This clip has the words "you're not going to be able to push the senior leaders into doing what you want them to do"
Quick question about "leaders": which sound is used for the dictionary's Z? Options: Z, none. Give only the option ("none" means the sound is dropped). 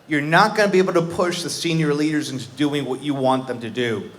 Z